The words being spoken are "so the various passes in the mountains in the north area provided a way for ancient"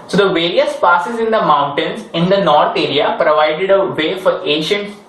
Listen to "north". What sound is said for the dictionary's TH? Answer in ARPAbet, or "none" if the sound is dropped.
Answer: T